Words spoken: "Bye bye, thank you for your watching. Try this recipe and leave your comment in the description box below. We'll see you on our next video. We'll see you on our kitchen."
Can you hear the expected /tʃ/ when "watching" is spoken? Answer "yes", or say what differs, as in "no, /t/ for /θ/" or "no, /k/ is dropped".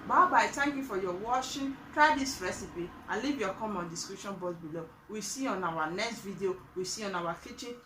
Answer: no, /ʃ/ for /tʃ/